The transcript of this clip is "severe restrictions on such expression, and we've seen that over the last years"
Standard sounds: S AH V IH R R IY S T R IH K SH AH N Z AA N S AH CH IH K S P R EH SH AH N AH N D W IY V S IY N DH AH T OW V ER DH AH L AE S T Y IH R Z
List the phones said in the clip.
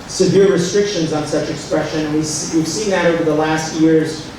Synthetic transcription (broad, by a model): S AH V IH R R IY S T R IH K SH AH N Z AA N S AH CH IH K S P R EH SH AH N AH N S W IY V S IY N DH AH T OW V ER DH AH L AE S T Y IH R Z